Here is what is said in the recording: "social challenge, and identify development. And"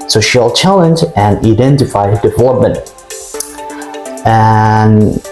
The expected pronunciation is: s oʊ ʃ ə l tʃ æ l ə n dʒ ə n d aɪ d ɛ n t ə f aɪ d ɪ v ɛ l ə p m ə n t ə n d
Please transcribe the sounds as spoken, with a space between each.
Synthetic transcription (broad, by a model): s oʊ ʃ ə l tʃ æ l ə n dʒ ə n aɪ d ɛ n t ə f aɪ d ɪ v ɛ l ə p m ə n t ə n